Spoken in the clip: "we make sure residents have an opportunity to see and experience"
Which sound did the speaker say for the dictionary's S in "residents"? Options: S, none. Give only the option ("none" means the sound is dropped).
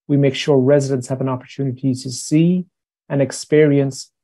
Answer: S